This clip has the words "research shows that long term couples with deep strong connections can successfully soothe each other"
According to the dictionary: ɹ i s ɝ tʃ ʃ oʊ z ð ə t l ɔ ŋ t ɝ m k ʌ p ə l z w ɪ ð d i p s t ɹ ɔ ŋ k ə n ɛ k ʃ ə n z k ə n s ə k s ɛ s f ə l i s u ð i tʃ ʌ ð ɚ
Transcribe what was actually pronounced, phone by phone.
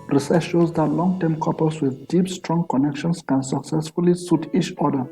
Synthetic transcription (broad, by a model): ɹ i s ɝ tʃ ʃ oʊ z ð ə t l ɔ ŋ t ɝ m k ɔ p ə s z w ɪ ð d i p s t ɹ ɔ ŋ k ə n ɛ k ʃ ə n s k ə n s ə k s ɛ s f ə l i s u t i tʃ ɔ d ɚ